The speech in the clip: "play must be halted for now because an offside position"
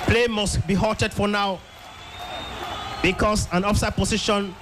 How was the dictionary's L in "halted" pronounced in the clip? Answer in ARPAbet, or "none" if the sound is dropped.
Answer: none